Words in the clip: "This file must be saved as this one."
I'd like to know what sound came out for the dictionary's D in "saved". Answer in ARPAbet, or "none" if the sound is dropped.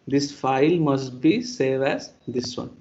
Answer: none